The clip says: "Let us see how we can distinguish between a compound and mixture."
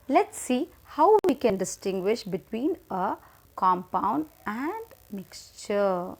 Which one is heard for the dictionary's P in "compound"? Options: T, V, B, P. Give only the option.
P